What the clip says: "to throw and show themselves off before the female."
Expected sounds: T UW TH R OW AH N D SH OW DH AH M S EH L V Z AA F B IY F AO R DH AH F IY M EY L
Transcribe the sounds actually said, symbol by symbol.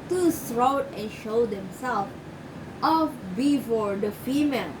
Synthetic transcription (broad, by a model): T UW S R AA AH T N SH OW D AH M S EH L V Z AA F B IY F AO R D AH F IY M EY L